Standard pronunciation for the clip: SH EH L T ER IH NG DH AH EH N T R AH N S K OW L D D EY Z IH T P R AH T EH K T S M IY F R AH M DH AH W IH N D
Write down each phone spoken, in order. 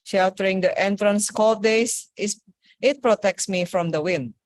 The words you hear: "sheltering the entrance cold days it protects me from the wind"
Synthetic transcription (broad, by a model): SH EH L T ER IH NG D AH EH N T R AH N S K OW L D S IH S IH T P R AH T EH K T S M IY F R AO M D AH W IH N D